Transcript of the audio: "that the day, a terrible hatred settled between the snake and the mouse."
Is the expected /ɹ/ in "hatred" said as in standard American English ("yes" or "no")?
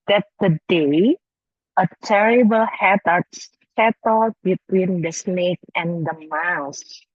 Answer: no